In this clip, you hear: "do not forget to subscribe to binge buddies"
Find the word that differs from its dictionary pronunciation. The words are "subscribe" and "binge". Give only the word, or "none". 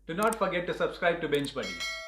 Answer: binge